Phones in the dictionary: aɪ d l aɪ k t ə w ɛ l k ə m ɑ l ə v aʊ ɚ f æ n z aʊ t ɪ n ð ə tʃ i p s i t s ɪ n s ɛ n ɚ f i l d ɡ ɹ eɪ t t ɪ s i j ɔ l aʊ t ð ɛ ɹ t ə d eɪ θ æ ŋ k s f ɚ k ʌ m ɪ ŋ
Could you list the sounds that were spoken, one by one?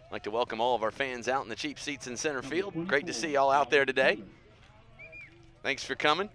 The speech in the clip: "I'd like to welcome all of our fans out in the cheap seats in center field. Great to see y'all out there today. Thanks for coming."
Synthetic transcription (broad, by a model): l aɪ k t ə w ɛ l k ə m ɑ l ə v aʊ ɚ f æ n z aʊ t n ð ə tʃ i p s i t s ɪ n s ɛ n ɚ f i l d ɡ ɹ eɪ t t ɪ s i ɔ l aʊ t ð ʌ ɹ t ə d eɪ θ æ ŋ k s f ɚ k ʌ m ɪ ŋ